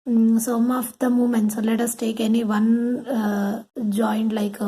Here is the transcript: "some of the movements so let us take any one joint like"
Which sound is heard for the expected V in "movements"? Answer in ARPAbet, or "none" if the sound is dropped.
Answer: none